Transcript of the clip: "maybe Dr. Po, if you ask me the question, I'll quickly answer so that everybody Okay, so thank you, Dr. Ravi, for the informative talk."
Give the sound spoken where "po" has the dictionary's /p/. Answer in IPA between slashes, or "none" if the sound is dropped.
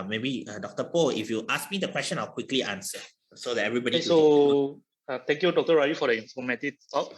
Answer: /p/